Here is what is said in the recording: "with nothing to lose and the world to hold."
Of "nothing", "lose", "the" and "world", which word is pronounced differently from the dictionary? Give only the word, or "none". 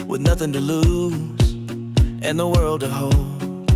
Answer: none